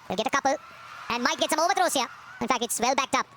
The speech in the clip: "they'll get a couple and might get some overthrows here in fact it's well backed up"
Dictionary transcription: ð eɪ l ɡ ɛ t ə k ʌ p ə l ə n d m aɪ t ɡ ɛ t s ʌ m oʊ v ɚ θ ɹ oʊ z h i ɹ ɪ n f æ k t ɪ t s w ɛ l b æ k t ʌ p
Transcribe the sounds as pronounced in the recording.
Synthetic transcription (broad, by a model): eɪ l ɡ ɛ t ə k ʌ p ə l ə n d m aɪ t ɡ ɛ t s ʌ m oʊ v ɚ t ɹ oʊ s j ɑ ɪ n f æ k t ɪ t s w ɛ l b æ k t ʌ p